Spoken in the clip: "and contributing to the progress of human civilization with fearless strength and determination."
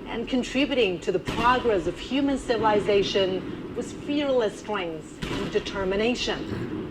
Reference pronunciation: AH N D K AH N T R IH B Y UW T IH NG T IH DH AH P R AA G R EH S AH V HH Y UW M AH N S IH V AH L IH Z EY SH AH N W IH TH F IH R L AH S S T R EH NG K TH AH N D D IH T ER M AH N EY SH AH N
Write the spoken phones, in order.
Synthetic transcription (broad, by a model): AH N K AH N T R IH B Y UW T IH NG T IH DH AH P R AA G R EH S AH V HH Y UW M AH N S IH V AH L IH Z EY SH AH N W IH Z F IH R L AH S S T R EH NG K TH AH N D D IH T ER M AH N EY SH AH N